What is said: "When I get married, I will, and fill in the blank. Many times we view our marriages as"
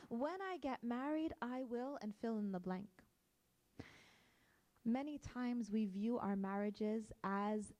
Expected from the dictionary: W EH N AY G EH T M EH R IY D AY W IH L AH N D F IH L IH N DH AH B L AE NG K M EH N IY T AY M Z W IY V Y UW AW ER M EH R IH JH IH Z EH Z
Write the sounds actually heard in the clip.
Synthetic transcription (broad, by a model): W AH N AY G EH T M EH R IY D AY W IH L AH N F IH L IH N DH AH B L AE NG K M EH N IY T AY M Z W IY V Y UW AW ER M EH R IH JH IH Z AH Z